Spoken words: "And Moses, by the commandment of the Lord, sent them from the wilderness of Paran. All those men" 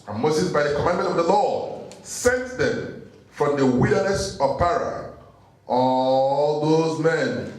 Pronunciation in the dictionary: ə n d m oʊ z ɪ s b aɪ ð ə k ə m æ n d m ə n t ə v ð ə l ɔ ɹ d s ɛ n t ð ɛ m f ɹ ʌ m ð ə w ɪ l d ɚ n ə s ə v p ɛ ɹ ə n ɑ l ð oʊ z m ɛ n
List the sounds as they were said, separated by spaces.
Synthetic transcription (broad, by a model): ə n m oʊ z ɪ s b aɪ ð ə k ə m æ n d m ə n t ə v ð ə l ɔ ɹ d s ɛ n t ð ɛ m f ɹ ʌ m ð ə w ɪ d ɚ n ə s ə v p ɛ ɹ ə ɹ ɑ l ð oʊ z m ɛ n